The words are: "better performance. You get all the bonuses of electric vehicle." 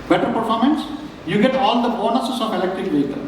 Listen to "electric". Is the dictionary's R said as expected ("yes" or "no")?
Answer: no